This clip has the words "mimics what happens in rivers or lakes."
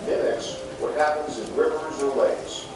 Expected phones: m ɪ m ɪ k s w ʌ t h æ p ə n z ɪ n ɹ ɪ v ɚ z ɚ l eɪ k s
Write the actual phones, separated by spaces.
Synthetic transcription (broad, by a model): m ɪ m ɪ k s w ʌ t h æ p ə n z ɪ n ɹ ɪ v ɚ z ɚ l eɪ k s